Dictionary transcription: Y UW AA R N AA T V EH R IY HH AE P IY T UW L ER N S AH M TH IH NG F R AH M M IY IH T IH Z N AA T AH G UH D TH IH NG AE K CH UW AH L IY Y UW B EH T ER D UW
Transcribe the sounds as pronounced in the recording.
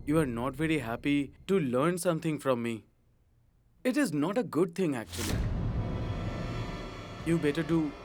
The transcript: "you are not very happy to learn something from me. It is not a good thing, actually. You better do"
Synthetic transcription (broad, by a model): Y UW AA R N AA T V EH R IY HH AE P IY T UW L ER N S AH M T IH NG F R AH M M IY IH T IH Z N AA T AH G UH D T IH NG AE K CH UW AH L IY Y UW B EH T ER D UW